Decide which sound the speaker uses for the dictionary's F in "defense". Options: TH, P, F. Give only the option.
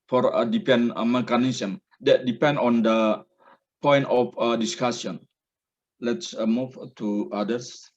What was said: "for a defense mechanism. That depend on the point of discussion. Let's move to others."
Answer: P